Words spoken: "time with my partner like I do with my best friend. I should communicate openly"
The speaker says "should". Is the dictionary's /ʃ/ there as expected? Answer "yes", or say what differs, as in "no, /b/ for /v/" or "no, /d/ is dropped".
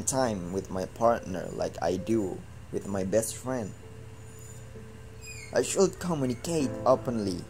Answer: yes